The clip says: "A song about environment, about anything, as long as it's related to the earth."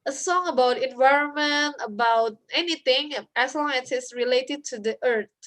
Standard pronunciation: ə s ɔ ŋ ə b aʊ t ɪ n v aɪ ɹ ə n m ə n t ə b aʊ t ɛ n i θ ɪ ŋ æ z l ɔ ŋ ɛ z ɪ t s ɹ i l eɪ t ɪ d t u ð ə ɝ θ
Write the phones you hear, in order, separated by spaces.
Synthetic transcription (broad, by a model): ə s ɔ ŋ ə b aʊ t ɪ n v aɪ ɹ ə n m ə n t ə b aʊ t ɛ n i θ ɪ ŋ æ s l ɔ ŋ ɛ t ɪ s ɹ i l eɪ t ɪ d t u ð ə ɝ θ